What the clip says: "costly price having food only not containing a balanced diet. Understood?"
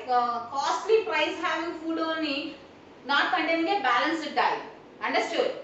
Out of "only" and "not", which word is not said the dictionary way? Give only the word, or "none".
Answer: only